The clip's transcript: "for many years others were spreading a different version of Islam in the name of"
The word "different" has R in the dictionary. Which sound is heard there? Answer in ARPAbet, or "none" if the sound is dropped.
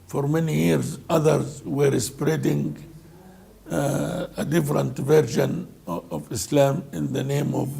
R